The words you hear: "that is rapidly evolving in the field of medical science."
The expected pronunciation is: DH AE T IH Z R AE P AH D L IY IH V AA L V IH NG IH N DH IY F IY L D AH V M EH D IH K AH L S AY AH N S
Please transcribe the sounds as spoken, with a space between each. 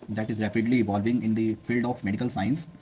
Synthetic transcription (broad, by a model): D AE T IH Z R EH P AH D L IY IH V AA L V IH NG IH N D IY F IY L D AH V M EH D IH K AH L S AY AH N S